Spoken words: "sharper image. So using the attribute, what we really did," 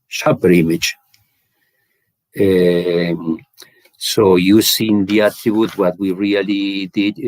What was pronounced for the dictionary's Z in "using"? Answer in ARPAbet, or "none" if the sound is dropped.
S